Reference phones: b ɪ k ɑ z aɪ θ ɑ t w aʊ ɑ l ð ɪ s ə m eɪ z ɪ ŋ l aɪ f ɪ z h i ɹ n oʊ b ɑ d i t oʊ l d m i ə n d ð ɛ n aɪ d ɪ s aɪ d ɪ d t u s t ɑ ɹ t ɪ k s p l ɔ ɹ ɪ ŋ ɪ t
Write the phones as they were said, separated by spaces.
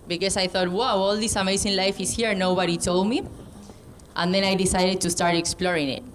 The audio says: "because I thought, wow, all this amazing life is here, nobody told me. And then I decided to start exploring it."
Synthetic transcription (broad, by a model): b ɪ k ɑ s aɪ θ ɑ t w aʊ ɑ l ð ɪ s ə m eɪ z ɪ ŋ l aɪ f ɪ s h i ɹ n oʊ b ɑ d i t oʊ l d m i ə n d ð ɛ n aɪ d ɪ s aɪ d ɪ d t u s t ɑ ɹ t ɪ k s p l ɔ ɹ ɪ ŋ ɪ t